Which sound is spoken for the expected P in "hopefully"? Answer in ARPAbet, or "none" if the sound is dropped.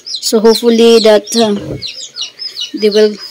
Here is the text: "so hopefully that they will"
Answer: none